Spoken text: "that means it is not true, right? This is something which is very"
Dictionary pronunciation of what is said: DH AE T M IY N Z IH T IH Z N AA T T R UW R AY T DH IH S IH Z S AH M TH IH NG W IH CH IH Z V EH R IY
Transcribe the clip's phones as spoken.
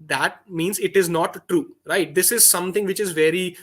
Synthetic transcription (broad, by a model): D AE T M IY N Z IH T IH Z N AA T T R UW R AY T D IH S IH Z S AH M T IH NG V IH CH IH Z V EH R IY